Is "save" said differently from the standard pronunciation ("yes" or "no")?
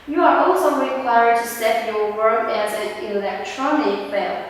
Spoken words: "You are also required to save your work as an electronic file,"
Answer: yes